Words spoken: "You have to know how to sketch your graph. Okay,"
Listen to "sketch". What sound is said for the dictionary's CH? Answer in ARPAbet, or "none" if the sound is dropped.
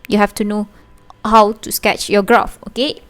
CH